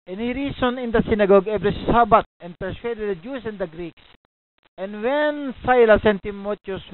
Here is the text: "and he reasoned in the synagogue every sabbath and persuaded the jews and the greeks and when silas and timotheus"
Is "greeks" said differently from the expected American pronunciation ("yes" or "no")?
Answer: no